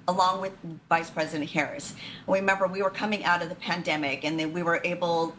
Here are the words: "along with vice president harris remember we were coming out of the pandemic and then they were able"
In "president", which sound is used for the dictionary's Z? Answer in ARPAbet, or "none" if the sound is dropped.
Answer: Z